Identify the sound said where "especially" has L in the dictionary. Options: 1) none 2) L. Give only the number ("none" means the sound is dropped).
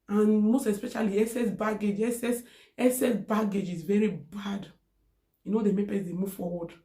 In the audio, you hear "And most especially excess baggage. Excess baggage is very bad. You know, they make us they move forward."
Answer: 2